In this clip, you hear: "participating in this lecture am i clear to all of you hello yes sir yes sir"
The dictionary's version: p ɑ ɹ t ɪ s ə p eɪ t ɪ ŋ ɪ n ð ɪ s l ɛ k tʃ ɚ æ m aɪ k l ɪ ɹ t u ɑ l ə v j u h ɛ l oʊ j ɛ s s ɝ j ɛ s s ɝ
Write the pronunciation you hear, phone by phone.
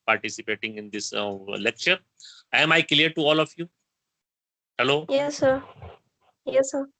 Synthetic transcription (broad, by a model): p ɑ ɹ t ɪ s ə p eɪ t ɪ ŋ ɪ n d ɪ s l ɛ k tʃ ɚ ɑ m aɪ k l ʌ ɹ t u ɑ l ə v j u h ɛ l oʊ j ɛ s s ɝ j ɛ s s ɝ